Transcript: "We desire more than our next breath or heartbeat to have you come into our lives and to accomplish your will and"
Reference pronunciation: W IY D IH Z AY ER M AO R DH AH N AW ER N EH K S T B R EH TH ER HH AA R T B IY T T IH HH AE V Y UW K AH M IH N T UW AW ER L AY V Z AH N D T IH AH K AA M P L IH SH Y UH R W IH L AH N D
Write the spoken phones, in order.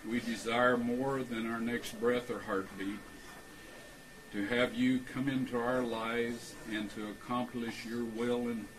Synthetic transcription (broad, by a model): W IY D IH Z AY ER M AO R DH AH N AW ER N EH K S T B R EH TH ER HH AA R T B IY T T IH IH V Y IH K AH M IH N T UW AW ER L AY V Z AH N T IH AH K AA M P L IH SH Y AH R W IH L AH N